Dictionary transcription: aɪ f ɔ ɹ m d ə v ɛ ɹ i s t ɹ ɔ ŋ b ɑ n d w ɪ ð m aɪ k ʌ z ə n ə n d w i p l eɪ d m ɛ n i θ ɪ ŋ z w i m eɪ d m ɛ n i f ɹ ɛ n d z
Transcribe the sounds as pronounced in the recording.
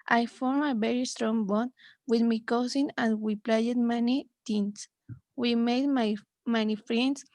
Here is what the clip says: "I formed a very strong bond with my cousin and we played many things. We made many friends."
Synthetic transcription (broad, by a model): aɪ f ɔ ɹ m ə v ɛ ɹ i s t ɹ ɔ ŋ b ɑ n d w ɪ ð m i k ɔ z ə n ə n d w i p l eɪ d m ɛ n i t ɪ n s w i m eɪ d m ɛ n i f ɹ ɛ n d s